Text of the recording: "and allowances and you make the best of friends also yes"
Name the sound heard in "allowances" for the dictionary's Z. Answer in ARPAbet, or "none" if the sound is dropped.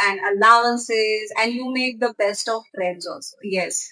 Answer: Z